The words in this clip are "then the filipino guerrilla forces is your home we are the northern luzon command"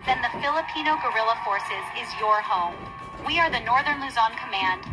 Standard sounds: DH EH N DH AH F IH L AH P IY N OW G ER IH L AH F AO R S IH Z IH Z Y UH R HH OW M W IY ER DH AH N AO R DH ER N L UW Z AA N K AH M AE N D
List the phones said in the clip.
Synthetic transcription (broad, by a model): DH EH N DH AH F IH L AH P IY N OW G ER IH L AH F AO R S IH Z IH Z Y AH R HH OW M W IY ER DH AH N AO R DH ER N L UW Z AA N K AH M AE N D